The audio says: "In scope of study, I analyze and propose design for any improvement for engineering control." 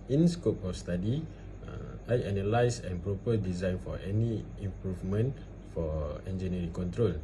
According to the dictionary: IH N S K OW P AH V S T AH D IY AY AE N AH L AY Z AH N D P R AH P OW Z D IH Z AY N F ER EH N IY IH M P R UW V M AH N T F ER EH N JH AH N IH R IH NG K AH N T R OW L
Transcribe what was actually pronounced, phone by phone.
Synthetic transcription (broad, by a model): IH N S K OW P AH F S T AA D IY AY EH N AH L AY S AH N P R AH P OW D IH Z AY N F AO EH N IY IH M P R UW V M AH N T F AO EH N JH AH N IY R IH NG K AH N T R OW L